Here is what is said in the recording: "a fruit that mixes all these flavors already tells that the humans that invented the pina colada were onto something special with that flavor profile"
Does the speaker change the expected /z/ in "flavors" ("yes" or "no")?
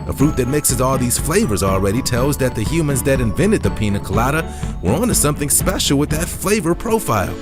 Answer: no